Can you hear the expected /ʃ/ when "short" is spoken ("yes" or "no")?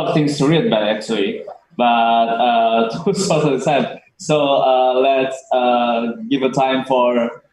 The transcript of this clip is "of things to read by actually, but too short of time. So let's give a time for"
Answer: no